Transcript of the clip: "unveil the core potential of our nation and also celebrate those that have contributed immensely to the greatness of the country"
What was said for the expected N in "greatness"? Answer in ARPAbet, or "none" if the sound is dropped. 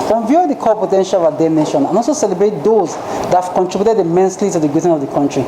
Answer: none